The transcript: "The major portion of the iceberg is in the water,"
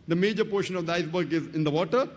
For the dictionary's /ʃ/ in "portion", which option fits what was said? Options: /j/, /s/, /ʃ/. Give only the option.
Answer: /ʃ/